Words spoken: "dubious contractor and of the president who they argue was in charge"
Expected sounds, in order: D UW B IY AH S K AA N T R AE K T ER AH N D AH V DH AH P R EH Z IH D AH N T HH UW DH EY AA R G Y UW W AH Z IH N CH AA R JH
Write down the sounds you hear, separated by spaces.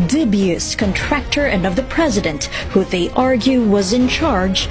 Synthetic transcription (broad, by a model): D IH B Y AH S K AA N T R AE K T ER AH N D AH V DH AH P R EH Z IH D AH N T HH UW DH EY AA R G Y UW W AH Z IH N CH AA R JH